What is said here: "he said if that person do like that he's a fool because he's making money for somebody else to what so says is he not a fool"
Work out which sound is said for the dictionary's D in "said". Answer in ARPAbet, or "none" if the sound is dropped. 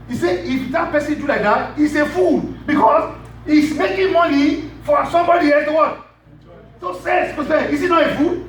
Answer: none